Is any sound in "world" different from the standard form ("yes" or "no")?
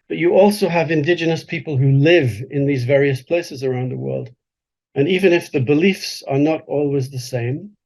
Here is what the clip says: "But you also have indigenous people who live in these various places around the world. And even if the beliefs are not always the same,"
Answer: no